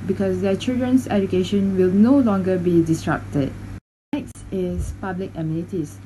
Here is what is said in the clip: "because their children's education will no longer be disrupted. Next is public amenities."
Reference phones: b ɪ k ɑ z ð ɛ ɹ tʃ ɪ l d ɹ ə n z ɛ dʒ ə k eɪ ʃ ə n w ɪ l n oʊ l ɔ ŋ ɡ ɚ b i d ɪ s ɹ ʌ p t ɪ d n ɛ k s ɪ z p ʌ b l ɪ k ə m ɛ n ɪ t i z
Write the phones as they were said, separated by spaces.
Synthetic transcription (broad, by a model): b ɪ k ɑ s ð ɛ tʃ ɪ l d ɹ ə n s ɛ dʒ ə k eɪ ʃ ə n w ɪ l n oʊ l ɔ ŋ ɡ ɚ b i d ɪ s ɹ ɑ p t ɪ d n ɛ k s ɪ s p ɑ b l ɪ k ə m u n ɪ t i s